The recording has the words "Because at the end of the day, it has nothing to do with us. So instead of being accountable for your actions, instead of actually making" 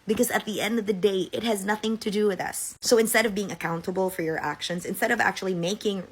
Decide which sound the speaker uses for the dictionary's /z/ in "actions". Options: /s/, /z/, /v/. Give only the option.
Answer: /z/